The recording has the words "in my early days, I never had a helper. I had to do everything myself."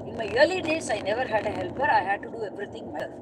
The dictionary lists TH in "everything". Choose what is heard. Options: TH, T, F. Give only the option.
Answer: T